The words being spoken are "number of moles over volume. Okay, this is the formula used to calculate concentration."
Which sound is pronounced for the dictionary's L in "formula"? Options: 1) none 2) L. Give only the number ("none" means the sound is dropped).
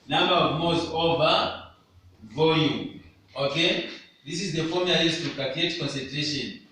1